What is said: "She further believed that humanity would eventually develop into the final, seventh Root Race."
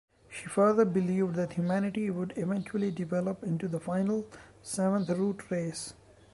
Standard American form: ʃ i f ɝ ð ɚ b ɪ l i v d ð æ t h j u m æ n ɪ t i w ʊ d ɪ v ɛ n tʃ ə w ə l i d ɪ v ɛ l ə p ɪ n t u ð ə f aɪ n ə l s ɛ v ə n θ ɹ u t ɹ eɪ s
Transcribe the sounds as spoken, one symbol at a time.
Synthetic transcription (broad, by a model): ʃ i f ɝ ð ɚ b ɪ l i v d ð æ t h j u m æ n ɪ t i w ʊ d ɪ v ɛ n tʃ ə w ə l i d ɪ v ɛ l ə p ɪ n t u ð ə f aɪ n ə l s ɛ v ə n t ɹ u t ɹ eɪ s